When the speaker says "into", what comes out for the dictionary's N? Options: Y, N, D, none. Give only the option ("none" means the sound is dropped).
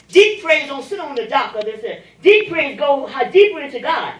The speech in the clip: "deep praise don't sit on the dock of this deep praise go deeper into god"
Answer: none